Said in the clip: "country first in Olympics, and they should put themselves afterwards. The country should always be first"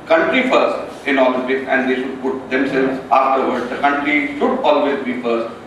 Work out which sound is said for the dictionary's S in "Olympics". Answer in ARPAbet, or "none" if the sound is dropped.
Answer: none